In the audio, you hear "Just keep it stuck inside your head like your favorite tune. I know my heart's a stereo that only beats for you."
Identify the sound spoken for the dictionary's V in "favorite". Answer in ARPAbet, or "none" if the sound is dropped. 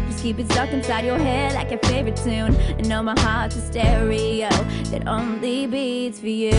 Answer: V